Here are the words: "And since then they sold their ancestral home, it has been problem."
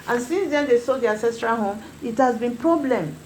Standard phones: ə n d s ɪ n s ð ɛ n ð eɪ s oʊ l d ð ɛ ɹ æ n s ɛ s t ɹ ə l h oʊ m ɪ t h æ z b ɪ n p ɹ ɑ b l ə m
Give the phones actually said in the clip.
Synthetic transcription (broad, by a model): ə n s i n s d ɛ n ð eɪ s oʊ d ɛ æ s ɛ s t ɹ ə h oʊ m ɪ t h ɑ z b ɪ n p ɹ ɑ b l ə m